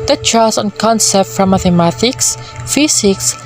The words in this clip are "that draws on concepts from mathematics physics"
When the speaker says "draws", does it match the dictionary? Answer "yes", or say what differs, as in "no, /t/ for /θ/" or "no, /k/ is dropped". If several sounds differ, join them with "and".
no, /s/ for /z/